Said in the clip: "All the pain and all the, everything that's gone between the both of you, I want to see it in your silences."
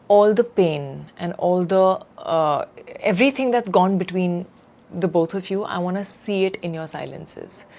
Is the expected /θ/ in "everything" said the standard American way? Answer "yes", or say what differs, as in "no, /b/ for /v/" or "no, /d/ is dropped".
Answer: no, /t/ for /θ/